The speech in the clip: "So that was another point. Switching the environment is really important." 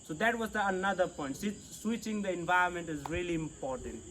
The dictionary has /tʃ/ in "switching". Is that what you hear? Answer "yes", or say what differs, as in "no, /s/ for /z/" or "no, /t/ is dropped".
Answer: yes